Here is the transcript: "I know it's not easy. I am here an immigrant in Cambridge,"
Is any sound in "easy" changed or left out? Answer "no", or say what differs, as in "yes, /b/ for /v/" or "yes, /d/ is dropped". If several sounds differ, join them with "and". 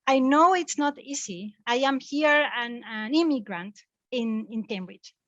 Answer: yes, /s/ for /z/